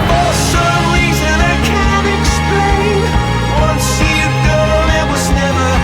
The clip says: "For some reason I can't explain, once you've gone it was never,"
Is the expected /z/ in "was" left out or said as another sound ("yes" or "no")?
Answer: no